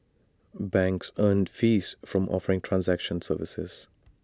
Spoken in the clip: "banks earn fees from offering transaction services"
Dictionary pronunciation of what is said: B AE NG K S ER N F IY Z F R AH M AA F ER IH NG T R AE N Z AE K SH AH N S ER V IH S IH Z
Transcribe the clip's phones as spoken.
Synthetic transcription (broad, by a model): B AE NG K S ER N F IY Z F R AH M AA F ER IH NG T R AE N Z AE K SH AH N S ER V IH S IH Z